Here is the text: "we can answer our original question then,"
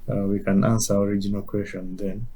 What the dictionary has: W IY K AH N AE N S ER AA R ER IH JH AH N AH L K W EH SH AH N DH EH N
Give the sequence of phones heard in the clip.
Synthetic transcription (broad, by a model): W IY K AH N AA N S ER AA R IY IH JH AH N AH L K W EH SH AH N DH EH N